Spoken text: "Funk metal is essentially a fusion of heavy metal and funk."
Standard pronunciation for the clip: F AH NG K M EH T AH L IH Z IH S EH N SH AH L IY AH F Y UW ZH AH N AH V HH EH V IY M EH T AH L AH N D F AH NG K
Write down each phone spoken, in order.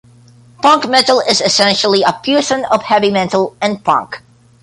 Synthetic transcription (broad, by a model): P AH NG K M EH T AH L IH Z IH S EH N SH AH L IY AH P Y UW S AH N AH V HH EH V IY M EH T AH L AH N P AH NG K